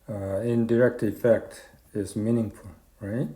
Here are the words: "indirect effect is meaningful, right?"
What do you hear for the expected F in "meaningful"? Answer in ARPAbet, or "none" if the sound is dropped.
F